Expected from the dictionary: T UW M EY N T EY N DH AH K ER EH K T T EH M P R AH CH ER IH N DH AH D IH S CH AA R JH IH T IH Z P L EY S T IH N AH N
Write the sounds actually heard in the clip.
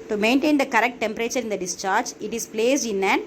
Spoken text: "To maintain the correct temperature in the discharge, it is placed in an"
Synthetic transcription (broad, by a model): T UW M EY N T EY N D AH K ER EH K T T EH M P R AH CH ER IH N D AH D IH S CH AA R JH IH T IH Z P L EY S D IH N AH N